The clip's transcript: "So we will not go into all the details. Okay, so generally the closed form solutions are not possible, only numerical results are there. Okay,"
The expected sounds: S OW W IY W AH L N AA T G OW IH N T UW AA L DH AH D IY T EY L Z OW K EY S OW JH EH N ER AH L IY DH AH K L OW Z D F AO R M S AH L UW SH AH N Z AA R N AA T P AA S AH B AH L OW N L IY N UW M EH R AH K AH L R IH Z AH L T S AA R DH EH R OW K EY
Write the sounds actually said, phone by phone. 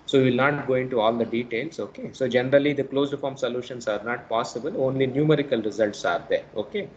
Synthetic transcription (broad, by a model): S OW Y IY L N AA T G OW IH N T UW AA L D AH D IY T EY L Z OW K EY S OW JH EH N ER AH L IY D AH K L OW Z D F AO R M S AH L UW SH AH N S AA R N AA T P AA S AH B AH L OW N L IY N UW M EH R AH K AH L R IH Z AH L T S AA R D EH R OW K EY